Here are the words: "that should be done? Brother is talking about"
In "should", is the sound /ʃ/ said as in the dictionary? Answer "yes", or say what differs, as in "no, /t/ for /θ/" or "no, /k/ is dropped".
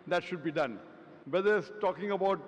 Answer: yes